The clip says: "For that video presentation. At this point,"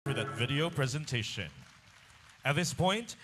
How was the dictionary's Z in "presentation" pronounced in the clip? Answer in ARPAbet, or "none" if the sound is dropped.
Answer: Z